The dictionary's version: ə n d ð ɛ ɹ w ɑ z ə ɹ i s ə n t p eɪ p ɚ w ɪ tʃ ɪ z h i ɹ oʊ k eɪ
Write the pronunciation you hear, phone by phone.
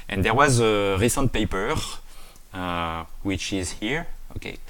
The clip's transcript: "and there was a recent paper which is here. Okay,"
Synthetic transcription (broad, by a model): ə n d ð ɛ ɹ w ɑ z ə ɹ i s ə n t p eɪ p ɚ w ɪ tʃ ɪ z h i ɹ oʊ k eɪ